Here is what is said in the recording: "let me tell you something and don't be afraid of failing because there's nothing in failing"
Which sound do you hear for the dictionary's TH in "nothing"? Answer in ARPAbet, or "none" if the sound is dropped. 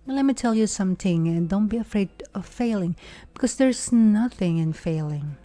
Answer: TH